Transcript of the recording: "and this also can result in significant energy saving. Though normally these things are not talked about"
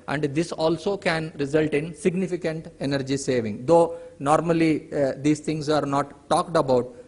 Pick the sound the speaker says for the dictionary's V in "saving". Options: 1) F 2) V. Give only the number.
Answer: 2